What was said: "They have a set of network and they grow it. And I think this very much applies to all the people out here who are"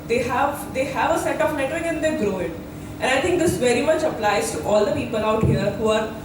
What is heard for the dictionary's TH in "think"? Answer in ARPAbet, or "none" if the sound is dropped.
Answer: T